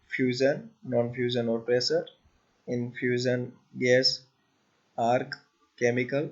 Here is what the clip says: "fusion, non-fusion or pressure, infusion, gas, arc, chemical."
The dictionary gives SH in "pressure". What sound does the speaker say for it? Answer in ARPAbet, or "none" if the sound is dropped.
S